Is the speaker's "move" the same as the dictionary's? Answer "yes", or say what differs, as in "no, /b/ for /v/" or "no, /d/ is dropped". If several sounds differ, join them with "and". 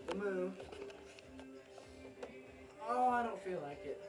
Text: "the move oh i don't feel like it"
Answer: no, /v/ is dropped